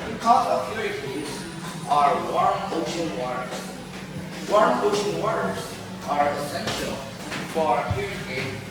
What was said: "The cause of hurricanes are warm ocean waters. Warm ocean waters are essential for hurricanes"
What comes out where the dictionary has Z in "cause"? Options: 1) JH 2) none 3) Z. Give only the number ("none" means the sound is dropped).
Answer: 2